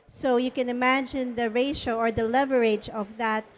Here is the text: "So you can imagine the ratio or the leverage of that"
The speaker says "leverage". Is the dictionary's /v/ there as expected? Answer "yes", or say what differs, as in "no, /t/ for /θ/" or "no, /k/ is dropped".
yes